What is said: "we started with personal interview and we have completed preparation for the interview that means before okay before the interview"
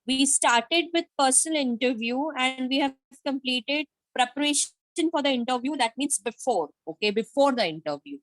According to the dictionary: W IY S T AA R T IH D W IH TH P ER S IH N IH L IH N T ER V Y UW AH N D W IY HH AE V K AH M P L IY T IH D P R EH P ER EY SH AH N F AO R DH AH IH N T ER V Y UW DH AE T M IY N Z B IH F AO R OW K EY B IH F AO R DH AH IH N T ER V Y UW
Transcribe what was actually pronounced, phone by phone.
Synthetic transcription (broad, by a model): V IY S T AA R T IH D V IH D P ER S IH N IH L IH N T ER V Y UW AH N D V IY HH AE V K AH M P L IY T IH D P R EH P ER EY SH AH N F AO R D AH IH N T ER V Y UW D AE T M IY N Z B IH F AO R OW K EY B IH F AO R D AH IH N T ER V Y UW